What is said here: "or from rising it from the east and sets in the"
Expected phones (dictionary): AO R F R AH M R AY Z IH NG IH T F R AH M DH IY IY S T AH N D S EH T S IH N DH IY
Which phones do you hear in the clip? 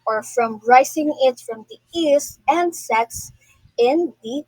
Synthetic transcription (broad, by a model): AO R F R AH M R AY S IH NG IH T F R AH M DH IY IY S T AH N D S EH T S IH N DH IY